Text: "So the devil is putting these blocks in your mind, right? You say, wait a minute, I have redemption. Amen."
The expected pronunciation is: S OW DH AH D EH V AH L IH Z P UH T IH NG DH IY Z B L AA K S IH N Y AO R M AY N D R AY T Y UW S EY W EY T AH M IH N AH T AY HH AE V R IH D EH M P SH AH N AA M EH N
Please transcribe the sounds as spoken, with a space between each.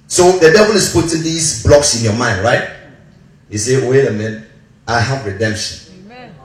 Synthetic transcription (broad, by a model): S OW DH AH D EH V AH L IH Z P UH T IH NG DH IY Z B L AA K S IH N Y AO M AY N D R AY T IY S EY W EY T AH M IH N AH IH HH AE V R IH D EH M P SH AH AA N